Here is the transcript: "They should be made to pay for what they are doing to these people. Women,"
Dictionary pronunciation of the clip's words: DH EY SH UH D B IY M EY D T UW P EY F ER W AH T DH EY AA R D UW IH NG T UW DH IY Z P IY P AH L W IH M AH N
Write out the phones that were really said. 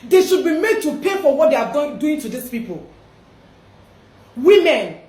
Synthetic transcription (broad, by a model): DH EY SH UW D B IY M EY D T UW P EY F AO W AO T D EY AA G D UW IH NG T UW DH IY S P IY P AH L W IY M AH N